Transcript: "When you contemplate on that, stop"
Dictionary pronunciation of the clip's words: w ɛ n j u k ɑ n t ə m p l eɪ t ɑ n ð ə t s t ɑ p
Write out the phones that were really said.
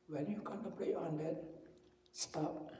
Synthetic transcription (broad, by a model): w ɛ n j u k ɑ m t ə p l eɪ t ɑ n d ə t s t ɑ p